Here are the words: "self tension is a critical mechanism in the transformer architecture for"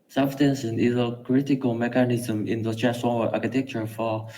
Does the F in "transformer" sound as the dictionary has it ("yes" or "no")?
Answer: no